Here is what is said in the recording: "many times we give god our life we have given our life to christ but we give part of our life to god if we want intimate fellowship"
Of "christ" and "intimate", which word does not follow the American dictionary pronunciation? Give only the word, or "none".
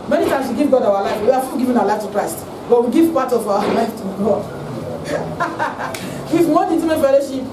intimate